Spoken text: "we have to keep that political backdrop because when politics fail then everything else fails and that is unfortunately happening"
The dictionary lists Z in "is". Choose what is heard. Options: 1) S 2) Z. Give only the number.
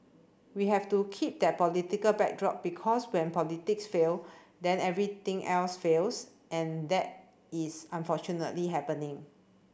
1